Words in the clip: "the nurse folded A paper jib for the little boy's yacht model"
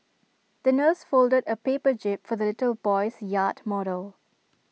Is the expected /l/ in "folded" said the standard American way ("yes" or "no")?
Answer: yes